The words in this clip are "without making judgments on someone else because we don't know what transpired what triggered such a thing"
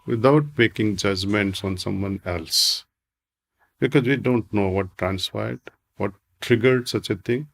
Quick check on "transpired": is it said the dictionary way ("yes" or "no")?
no